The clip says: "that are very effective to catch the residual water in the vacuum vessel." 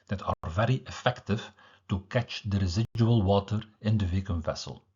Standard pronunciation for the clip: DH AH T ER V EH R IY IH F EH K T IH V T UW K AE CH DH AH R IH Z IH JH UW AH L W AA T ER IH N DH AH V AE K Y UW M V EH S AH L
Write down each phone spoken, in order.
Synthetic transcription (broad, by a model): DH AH T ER V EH R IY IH F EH K T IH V T UW K AE CH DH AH R IH Z IH JH UW AH L W AA T ER IH N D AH V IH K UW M V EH S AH L